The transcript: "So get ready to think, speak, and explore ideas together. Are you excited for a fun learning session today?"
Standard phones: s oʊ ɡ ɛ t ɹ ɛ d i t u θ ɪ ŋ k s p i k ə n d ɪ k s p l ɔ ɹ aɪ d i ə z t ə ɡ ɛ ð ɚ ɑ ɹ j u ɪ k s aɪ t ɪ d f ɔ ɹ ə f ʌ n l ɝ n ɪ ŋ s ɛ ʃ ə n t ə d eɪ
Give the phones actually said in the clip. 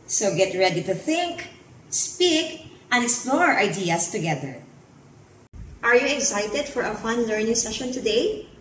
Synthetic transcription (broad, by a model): s oʊ ɡ ɛ t ɹ ɛ d i t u θ ɪ ŋ k s p i k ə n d ɪ k s p l ɔ ɹ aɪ d i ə s t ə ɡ ɛ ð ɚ ɑ ɹ j u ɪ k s aɪ t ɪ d f ɔ ɹ ə f ʌ n l ɝ n ɪ ŋ s ɛ ʃ ə n t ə d eɪ